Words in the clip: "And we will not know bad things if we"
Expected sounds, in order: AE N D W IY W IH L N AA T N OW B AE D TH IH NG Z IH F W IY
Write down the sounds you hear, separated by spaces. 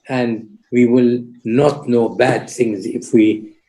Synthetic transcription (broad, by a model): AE N D W IY W IH L N AA T N OW B AE D TH IH NG Z IH F W IY